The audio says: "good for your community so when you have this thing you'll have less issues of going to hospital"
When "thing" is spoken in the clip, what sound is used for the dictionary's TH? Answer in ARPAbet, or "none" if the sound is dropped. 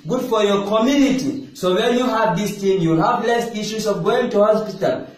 T